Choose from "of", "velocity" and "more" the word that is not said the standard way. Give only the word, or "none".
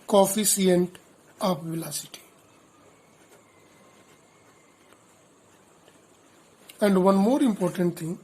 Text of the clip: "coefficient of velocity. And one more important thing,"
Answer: of